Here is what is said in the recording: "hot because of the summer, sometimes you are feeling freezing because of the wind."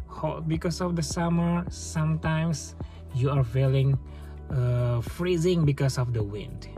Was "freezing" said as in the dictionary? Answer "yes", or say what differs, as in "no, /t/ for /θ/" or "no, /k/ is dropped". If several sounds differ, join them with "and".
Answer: yes